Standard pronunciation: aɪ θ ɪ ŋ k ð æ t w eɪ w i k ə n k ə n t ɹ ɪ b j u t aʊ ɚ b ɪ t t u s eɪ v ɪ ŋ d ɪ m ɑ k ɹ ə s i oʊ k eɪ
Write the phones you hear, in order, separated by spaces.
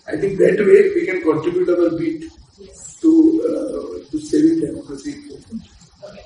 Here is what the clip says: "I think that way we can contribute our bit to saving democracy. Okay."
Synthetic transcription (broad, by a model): aɪ t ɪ ŋ k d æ t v eɪ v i k ə n k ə n t ɹ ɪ b j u t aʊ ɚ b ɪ t t u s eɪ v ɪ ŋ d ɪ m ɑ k ə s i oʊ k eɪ